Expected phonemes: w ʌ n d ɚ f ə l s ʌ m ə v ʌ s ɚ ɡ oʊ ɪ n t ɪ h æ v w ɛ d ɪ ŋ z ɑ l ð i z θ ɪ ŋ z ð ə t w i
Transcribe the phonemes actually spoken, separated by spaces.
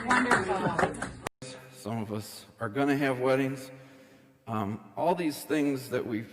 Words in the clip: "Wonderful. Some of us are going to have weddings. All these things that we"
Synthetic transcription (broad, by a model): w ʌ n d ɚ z s ʌ m ə v ʌ s ɚ ɡ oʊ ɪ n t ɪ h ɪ v w ɛ d ɪ ŋ z ɑ l ð i z θ ɪ ŋ z ð ə t w i